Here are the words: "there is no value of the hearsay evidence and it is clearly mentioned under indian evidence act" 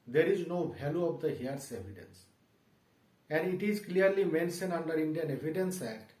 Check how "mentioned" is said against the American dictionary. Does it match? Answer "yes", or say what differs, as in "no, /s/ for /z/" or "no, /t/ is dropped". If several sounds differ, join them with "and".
no, /d/ is dropped